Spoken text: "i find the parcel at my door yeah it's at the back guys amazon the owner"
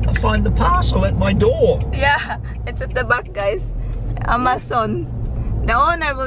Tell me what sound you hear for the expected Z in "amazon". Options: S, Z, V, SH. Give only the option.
S